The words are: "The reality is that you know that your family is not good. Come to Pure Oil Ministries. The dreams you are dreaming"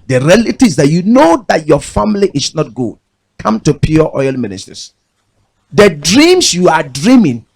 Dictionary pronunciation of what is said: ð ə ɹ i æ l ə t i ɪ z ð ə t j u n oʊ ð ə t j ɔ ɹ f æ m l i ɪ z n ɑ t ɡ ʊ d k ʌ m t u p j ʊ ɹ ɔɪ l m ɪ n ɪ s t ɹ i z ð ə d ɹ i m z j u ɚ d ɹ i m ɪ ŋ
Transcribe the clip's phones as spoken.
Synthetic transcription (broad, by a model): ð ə ɹ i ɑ l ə t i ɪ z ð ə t j u n oʊ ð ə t j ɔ f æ m l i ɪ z n ɑ t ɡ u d k ʌ m t u p j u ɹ ɔɪ l m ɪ n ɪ s t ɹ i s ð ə d ɹ i m s j u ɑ d ɹ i m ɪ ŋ